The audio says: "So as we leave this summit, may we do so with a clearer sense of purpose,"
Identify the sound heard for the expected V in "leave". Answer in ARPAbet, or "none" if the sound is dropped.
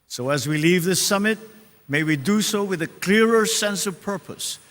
V